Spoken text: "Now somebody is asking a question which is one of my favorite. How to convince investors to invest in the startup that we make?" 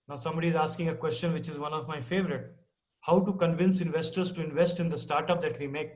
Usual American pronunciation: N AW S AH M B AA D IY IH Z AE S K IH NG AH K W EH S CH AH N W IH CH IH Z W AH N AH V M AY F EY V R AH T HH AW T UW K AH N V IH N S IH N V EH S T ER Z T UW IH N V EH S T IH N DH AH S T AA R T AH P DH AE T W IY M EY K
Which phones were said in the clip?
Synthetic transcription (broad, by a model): N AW S AH M B AA D IY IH Z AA S K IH NG AH K W EH S CH AH N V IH CH IH Z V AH N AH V M AY F EY V R AH T HH AW T UW K AH N V IH N S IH N V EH S T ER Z T UW IH N V EH S T IH N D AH S T AA R T AH P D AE T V IY M EY K